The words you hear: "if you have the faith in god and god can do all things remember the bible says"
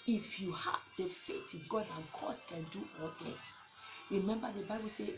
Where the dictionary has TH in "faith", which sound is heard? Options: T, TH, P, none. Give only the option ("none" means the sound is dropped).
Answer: T